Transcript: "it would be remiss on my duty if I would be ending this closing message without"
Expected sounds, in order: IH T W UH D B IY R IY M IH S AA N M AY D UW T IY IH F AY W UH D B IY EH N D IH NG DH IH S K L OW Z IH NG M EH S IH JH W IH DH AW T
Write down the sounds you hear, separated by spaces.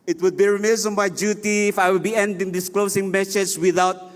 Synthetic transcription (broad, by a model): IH T W UH D B IY R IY M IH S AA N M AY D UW T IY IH F AY W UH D B IY EH N D IH NG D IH S K L OW S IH NG M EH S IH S W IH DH AW T